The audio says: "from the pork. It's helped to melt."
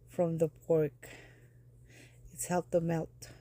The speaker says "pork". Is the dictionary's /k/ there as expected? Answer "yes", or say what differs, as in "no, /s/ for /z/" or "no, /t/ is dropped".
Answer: yes